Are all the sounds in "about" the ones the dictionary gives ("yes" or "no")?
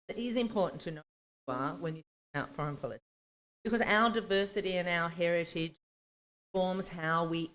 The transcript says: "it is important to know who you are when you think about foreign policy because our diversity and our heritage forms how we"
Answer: no